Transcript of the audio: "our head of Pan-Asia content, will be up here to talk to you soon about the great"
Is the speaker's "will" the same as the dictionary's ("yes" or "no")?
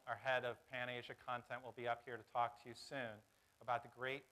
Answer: yes